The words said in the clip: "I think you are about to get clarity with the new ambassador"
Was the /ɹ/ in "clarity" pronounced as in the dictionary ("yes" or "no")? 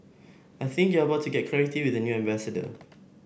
no